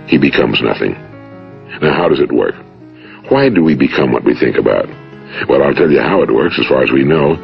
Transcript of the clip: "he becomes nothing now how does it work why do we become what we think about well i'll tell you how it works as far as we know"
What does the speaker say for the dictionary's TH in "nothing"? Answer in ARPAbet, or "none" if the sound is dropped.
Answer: TH